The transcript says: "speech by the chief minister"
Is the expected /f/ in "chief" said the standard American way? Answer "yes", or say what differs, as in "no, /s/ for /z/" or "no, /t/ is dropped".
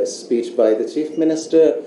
yes